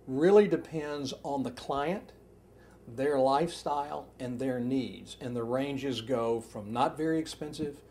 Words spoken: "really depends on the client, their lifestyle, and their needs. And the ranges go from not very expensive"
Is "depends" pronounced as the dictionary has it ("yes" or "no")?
yes